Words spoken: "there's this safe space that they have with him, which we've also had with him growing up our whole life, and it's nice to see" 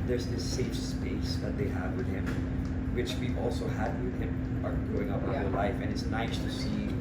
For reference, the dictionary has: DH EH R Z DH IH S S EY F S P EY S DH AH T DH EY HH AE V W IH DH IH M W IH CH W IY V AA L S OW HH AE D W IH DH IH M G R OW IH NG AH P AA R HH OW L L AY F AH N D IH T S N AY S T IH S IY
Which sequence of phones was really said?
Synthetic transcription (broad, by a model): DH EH R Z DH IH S S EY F S P EY S DH AH T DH EY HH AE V W IH DH IH M W IH CH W IY AA L S OW HH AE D W IH DH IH M G R OW IH NG AH P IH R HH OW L L AY F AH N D IH T S N AY S T IH S IY